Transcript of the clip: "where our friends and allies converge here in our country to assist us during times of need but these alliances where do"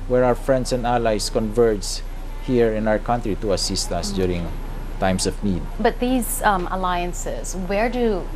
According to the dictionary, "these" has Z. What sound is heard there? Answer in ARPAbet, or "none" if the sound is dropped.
Z